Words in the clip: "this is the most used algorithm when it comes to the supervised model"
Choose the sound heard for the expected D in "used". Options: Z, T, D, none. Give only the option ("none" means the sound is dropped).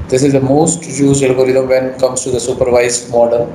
none